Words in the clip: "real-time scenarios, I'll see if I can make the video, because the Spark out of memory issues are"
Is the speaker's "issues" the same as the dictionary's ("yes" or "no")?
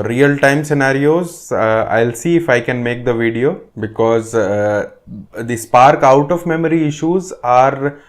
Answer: yes